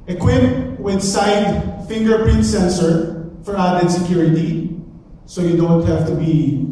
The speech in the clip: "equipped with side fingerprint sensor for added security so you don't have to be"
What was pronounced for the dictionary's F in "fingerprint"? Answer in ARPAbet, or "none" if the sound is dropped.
F